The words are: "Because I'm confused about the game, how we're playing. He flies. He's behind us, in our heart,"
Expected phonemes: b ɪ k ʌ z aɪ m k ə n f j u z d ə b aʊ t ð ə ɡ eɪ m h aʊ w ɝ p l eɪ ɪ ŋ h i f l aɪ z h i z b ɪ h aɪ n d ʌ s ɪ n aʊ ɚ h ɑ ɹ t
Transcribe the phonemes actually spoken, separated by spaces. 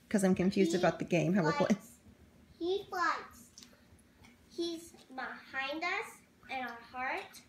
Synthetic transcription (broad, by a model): k ʌ z aɪ m k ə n f j u z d ə b aʊ t ð ə ɡ eɪ m h aʊ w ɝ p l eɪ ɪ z h i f l aɪ s h i z b ɪ h aɪ n d ʌ s ɪ n aʊ ɚ h ɑ ɹ t